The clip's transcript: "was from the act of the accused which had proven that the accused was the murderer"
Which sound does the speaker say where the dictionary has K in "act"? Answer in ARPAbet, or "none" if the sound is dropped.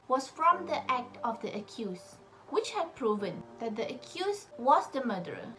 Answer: K